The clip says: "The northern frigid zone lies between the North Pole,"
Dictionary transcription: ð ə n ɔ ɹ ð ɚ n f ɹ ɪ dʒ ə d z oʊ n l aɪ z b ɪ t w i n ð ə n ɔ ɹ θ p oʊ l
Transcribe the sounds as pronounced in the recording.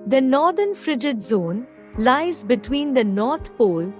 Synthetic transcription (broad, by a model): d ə n ɔ ɹ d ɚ n f ɹ ɪ dʒ ə d z oʊ n l aɪ z b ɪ t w i n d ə n ɔ ɹ t p oʊ l